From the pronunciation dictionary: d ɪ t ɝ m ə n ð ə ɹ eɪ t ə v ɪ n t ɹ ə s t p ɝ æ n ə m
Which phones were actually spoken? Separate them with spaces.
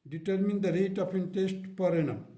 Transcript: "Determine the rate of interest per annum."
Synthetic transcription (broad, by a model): d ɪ t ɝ m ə n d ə ɹ eɪ t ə p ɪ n t ə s t p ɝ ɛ n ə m